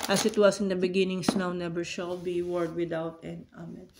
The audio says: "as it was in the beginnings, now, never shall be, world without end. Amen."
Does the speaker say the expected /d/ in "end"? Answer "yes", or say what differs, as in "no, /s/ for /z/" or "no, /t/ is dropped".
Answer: no, /d/ is dropped